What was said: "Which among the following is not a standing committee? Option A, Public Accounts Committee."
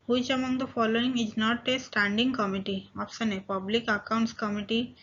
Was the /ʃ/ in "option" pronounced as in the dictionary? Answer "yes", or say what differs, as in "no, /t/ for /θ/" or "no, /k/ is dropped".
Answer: no, /s/ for /ʃ/